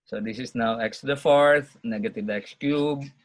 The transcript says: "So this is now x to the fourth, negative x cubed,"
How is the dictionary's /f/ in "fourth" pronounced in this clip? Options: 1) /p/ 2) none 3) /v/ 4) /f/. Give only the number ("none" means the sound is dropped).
4